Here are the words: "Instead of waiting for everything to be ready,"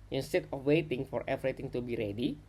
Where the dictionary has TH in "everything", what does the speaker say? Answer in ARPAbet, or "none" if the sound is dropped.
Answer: T